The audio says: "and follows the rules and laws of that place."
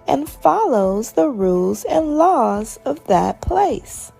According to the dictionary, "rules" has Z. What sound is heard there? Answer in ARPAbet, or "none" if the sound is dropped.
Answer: Z